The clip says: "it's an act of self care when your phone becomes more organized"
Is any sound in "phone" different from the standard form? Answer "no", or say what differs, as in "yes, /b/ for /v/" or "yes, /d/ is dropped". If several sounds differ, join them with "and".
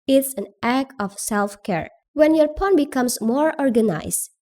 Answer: yes, /p/ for /f/